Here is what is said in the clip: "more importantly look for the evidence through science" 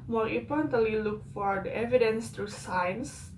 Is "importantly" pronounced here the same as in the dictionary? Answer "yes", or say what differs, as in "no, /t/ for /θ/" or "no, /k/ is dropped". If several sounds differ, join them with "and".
no, /m/ is dropped